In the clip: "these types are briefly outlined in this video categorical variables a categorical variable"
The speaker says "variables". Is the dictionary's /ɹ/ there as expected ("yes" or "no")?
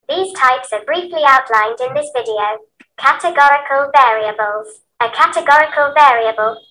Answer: yes